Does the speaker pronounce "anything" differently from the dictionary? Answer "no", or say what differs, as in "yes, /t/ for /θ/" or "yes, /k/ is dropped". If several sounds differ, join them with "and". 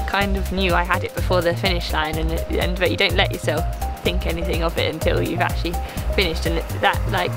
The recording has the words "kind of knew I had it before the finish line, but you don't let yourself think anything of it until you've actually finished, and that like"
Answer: no